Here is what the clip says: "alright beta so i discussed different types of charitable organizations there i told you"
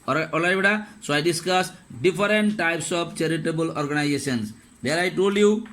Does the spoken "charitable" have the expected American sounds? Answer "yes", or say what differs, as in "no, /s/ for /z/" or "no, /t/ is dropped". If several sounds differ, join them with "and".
yes